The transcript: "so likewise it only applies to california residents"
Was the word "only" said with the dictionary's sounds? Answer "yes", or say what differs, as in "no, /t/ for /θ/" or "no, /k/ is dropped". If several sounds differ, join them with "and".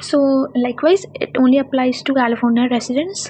yes